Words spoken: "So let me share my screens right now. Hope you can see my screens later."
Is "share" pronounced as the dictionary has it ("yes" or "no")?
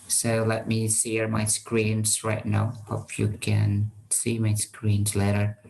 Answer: no